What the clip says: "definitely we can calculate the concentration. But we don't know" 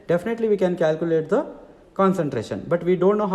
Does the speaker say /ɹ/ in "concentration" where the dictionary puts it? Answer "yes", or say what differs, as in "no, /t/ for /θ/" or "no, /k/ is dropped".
yes